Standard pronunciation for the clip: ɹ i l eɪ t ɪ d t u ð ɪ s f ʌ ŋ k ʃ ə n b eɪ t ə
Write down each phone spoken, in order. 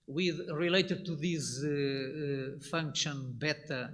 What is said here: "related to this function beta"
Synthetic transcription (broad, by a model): ɹ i l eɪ t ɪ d t u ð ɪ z f ʌ ŋ k ʃ ə n b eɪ t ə